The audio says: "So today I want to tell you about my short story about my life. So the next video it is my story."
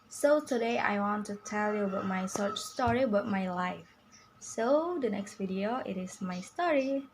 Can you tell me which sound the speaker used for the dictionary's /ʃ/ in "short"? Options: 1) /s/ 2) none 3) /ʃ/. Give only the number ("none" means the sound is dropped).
1